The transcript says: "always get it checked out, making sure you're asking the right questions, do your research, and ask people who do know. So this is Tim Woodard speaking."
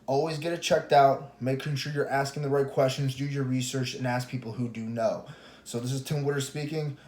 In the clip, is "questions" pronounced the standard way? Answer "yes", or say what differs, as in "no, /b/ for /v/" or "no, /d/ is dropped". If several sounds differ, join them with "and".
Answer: yes